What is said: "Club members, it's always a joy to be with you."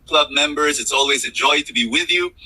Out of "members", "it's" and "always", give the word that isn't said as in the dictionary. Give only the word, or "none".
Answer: none